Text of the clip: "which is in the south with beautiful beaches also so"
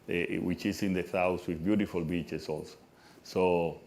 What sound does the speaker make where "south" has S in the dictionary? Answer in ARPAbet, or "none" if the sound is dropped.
TH